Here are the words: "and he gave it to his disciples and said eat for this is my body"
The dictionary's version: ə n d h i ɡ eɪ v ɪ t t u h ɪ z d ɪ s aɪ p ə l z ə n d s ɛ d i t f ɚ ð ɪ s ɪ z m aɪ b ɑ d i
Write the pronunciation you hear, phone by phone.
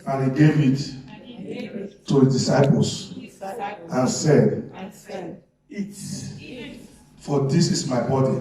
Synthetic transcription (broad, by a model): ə n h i ɡ eɪ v ɪ t t u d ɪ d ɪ s aɪ p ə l s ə n s ɛ d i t f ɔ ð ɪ s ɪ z m aɪ b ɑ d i